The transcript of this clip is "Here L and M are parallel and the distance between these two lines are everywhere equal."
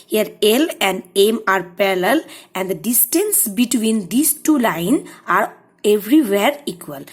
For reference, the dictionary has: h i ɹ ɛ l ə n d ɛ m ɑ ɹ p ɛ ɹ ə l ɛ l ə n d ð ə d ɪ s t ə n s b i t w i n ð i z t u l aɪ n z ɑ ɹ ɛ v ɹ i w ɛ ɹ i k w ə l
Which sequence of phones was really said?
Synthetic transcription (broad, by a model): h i ɹ ɛ l ə n d ɛ m ɑ ɹ p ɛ ɹ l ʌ l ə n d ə d ɪ s t ə n s b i t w i n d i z t u l aɪ n ɑ ɹ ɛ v ɹ i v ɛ ɹ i k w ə l